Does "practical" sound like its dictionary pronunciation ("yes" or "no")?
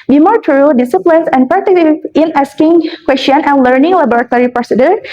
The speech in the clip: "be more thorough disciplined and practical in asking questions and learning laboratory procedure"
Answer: no